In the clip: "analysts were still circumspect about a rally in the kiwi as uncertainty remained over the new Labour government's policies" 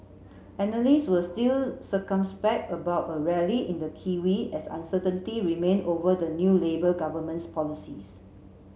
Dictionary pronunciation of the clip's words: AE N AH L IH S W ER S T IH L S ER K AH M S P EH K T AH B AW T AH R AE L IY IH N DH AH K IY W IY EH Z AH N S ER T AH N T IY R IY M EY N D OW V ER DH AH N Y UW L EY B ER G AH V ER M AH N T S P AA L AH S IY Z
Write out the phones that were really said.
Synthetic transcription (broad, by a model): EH N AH L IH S W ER S T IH L S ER K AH M S P EH K T AH B AW T AH R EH L IY IH N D AH K IY W IY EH S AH N S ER T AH N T IY R IY M EY N OW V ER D AH N Y UW L EY B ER G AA V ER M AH N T S P AA L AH S IY S